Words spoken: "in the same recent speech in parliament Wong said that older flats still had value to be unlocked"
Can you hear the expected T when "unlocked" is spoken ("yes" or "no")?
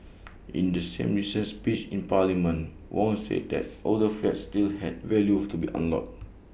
no